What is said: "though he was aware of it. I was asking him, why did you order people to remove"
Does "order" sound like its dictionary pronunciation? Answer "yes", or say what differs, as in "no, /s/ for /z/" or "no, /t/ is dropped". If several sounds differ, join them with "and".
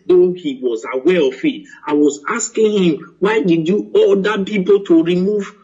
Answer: no, /l/ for /ɹ/